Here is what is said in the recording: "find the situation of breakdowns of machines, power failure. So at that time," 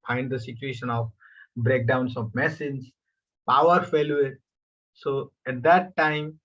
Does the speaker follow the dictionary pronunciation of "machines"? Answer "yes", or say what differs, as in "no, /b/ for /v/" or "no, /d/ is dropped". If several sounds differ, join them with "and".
no, /s/ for /ʃ/